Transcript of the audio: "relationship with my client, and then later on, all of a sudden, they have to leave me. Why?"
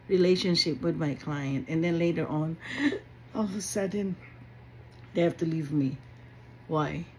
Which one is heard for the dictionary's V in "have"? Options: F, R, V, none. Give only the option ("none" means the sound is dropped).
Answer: F